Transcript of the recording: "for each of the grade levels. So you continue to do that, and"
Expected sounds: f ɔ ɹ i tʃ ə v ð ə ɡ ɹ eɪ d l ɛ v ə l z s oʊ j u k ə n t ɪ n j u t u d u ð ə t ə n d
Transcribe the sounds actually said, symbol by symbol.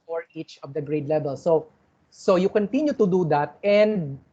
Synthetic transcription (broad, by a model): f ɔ ɹ i tʃ ə v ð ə ɡ ɹ eɪ d l ɛ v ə l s s oʊ j u k ə n t ɪ n j u t u d u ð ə t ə n d